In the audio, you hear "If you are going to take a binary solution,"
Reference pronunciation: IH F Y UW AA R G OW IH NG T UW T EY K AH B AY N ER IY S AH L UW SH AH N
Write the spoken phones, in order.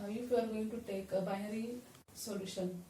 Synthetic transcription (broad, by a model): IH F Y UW AA R G OW IH NG T UW T EY K AH B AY ER IY S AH L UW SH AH N